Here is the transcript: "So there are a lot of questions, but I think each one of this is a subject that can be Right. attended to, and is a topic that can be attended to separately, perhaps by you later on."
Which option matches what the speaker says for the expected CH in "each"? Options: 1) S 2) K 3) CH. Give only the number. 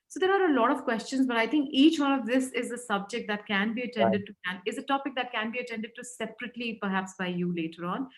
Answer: 3